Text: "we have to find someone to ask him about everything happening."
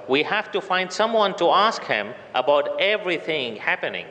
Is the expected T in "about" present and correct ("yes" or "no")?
yes